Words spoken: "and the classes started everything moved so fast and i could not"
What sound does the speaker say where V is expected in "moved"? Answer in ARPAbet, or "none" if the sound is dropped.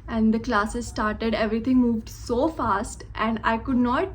V